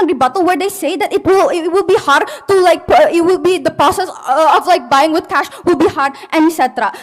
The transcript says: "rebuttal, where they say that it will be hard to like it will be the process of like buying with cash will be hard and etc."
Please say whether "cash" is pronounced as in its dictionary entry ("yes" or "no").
yes